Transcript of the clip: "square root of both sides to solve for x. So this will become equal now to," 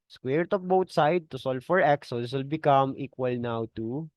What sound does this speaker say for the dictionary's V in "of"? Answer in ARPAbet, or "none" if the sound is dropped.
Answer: P